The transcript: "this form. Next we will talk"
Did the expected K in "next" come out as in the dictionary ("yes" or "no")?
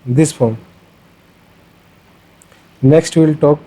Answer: yes